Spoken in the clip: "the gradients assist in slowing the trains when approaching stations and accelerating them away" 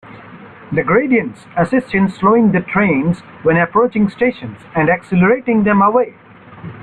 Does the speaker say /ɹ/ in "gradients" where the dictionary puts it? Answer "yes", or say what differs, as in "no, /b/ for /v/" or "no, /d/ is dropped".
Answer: yes